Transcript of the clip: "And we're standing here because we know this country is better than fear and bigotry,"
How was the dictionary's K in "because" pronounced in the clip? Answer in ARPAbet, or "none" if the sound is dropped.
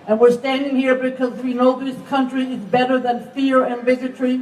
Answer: K